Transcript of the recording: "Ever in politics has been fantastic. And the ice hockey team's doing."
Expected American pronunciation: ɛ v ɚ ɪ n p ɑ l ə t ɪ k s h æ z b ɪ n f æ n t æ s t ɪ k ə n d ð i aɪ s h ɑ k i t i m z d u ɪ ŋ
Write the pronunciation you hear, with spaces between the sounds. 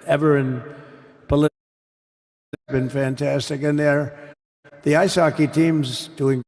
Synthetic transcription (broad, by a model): ɛ v ɚ ɪ n p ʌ l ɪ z b ɪ n f æ n t æ s t ɪ k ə n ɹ ð i aɪ s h ɑ k i t i m z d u ɪ ŋ